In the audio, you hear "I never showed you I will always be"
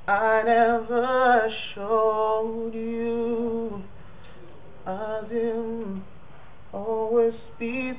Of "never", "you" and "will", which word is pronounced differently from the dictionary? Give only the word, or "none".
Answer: will